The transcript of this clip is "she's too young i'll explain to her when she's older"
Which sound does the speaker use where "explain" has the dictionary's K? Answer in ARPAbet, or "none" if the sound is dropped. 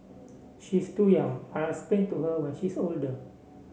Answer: none